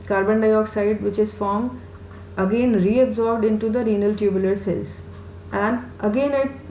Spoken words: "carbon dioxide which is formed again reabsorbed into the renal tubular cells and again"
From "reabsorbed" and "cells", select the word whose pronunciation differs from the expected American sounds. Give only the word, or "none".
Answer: cells